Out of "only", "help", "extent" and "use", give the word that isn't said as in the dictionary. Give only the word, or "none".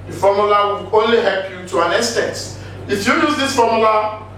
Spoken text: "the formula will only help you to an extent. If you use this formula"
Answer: extent